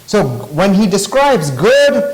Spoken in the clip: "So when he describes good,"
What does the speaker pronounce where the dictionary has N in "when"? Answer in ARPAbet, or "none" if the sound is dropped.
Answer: N